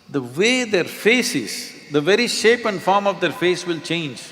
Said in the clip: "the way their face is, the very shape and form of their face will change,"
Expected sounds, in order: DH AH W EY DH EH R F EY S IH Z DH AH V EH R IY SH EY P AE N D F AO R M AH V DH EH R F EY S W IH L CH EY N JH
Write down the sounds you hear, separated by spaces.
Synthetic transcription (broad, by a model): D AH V EY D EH R F EY S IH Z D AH V EH R IY SH EY P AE N D F AO R M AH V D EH R F EY S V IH L CH EY N JH